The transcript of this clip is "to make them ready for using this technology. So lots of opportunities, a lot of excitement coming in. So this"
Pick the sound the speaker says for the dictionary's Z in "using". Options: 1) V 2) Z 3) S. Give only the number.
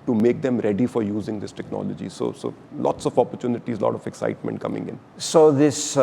2